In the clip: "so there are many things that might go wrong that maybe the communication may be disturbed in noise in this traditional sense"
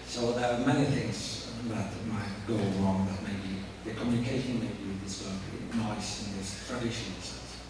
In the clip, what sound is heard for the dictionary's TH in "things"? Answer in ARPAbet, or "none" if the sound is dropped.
TH